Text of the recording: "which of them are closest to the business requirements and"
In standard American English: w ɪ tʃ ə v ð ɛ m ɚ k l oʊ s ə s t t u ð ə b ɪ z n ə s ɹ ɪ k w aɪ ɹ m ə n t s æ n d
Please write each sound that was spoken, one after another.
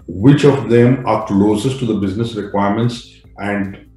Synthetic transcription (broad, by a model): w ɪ tʃ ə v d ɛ m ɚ k l oʊ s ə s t t u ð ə b ɪ z n ə s ɹ ɪ k w aɪ ɹ m ə n t s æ n d